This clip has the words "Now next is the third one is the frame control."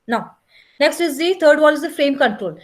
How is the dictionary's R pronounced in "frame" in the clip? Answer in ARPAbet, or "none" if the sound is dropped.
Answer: R